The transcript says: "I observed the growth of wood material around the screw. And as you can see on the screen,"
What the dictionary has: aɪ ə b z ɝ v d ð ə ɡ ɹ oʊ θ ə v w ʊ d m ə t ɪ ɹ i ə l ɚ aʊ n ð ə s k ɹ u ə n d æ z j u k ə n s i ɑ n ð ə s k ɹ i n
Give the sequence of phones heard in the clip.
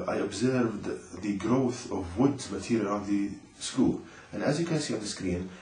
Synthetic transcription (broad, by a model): aɪ ə b z ɝ v d ð ə ɡ ɹ oʊ θ ə v w ʊ d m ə t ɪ ɹ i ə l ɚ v ð ə s k u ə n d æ z j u k ə n s i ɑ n ð ə s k ɹ i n